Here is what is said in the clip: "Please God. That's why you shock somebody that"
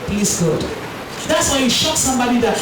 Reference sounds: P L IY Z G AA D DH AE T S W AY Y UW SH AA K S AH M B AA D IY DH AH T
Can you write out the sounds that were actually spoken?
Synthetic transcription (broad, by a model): P L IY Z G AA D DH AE T S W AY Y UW SH AA K S AH M B AA D IY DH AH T